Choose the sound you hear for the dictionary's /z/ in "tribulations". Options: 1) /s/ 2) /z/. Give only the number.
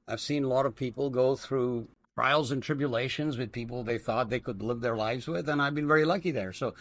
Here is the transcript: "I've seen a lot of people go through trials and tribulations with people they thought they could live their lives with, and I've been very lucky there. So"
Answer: 2